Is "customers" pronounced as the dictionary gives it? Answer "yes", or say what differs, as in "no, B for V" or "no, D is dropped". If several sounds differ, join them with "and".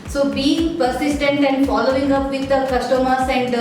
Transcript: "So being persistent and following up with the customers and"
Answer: no, S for Z